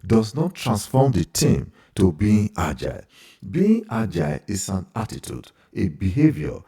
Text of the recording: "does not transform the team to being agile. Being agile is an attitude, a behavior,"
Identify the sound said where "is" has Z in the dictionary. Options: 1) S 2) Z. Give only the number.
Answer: 1